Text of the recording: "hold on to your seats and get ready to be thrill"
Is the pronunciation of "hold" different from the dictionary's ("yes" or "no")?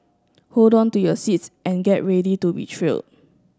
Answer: no